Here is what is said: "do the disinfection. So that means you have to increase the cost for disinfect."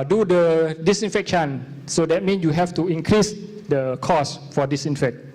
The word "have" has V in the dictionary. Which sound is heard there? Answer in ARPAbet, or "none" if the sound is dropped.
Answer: F